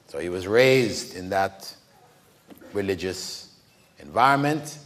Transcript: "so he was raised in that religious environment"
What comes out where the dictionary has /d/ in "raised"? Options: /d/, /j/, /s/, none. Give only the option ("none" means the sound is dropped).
/d/